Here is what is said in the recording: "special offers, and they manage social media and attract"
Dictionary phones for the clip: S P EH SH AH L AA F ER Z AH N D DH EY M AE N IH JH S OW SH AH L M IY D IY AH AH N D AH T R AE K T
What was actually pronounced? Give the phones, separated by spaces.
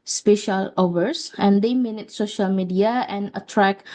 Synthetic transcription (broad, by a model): S P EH SH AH L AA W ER S AH N D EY M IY N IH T S OW SH AH L M IY D IY AH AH N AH T R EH K